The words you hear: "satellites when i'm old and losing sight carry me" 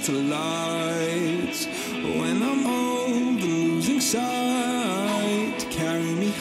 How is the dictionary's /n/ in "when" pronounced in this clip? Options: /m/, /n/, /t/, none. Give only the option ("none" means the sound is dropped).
/n/